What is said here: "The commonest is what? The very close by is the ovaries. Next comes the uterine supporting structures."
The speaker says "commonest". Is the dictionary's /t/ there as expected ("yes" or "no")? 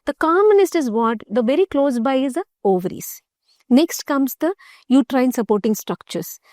yes